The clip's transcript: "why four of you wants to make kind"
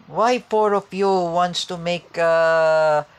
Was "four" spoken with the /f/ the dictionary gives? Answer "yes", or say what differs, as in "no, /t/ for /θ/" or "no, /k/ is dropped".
no, /p/ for /f/